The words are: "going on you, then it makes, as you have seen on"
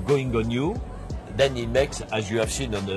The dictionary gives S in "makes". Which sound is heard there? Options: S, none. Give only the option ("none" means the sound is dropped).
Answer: S